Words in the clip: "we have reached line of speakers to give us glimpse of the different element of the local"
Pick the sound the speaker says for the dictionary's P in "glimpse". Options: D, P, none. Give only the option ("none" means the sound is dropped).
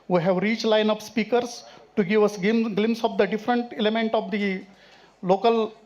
none